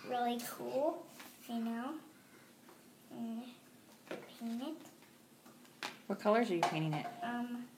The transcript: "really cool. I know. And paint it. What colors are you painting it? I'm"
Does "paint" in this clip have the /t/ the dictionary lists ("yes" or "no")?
no